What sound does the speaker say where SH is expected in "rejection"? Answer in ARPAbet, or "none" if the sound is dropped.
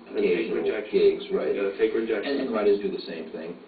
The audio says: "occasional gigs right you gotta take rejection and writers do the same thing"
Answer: none